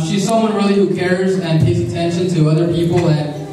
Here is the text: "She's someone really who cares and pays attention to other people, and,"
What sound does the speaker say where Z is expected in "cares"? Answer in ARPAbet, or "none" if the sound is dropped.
Z